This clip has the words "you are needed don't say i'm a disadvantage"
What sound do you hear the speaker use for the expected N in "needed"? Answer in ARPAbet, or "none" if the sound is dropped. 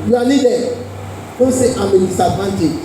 L